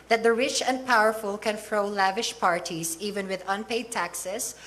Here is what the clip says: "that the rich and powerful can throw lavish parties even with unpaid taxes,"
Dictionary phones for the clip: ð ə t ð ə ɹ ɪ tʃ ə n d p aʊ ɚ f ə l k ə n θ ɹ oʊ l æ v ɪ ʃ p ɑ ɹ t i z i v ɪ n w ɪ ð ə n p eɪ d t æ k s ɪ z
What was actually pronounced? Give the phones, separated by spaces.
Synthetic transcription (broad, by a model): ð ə t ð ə ɹ ɪ tʃ ə n d p aʊ ɚ f ə l k ə n f ɹ oʊ l æ v ɪ ʃ p ɑ ɹ t i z i v ɪ n w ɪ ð ə n p eɪ d t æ k s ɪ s